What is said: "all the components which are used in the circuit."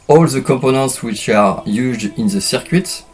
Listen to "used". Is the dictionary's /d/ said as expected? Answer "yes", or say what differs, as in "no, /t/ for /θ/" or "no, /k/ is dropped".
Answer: yes